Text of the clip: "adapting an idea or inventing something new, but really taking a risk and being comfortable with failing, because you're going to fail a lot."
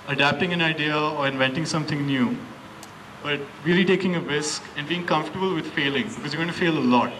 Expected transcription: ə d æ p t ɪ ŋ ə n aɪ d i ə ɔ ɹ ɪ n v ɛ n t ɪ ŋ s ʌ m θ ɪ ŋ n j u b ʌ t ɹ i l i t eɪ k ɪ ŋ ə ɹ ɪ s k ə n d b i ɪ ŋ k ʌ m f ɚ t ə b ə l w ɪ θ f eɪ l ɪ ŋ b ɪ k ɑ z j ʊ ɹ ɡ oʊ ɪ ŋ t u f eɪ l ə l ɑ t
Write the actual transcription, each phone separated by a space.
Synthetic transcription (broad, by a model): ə d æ p t ɪ ŋ ə n aɪ d i ə ɔ ɹ ɪ n v ɛ n t ɪ ŋ s ʌ m t ɪ ŋ n j u b ʌ t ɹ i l i t eɪ k ɪ ŋ ə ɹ ɪ s k ə n d b i ɪ ŋ k ʌ m f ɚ t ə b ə l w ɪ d f eɪ l ɪ ŋ b ɪ k ɑ z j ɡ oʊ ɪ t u f eɪ l ə l ɑ t